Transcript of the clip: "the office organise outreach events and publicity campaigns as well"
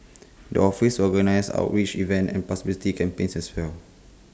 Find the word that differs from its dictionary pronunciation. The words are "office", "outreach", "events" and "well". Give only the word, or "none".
events